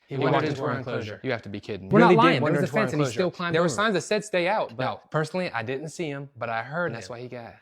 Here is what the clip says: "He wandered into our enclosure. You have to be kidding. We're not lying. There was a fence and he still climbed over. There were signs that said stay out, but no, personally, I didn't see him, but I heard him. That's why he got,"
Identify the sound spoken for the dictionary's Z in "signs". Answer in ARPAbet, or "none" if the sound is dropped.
Z